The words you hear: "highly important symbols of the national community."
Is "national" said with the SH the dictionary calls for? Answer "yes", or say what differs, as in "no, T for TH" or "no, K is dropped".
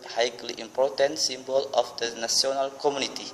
no, S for SH